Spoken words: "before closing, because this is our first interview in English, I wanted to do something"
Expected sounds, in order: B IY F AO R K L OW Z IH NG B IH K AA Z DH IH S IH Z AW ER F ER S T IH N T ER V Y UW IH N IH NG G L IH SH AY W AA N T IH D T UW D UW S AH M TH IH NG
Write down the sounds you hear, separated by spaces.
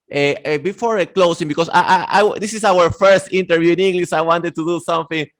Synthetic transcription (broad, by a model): B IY F AO R K L OW S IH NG B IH K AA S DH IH S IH S AW ER F ER S T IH N T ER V Y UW IH N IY NG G L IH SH AY W AA N T IH D T UW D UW S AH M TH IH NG